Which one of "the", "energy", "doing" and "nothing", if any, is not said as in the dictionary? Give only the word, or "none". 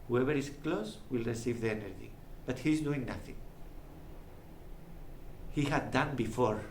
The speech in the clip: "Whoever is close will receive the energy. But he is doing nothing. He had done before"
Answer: none